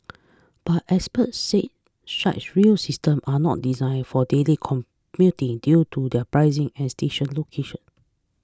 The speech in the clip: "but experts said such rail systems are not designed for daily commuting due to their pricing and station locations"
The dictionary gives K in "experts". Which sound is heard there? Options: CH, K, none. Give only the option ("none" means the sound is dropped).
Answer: none